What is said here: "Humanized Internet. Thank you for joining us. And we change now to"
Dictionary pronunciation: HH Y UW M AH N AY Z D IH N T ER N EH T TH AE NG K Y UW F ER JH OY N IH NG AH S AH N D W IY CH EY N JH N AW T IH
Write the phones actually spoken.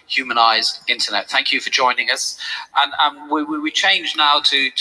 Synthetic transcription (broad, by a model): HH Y UW M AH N AY Z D IH N T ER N EH T TH AE NG K Y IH F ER JH OY N IH NG AH S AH N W W IY CH EY N JH N AW T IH